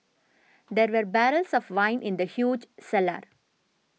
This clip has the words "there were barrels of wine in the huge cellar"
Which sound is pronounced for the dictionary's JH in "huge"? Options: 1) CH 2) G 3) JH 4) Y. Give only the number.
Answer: 3